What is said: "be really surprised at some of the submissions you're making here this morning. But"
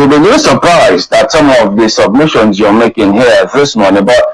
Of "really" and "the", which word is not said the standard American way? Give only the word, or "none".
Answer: really